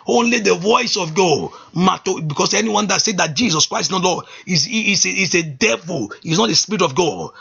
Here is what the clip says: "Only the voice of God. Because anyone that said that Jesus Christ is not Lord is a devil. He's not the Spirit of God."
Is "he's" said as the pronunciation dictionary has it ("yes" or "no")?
no